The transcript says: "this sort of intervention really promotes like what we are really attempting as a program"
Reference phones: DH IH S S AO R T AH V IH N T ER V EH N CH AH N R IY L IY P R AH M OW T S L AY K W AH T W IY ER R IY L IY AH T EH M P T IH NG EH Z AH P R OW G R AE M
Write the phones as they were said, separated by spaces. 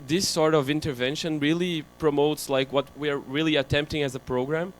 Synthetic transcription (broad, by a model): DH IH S S AO R T AH V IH N T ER V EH N SH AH N R IY L IY P R AH M OW T S L AY K W AH T W IY ER R IY L IY AH T EH M P T IH NG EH Z AH P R OW G R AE M